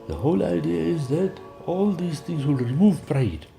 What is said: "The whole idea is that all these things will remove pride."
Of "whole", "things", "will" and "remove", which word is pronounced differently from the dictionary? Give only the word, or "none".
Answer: things